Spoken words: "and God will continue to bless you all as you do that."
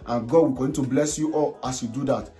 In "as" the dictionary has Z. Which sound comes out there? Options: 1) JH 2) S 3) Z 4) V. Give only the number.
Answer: 2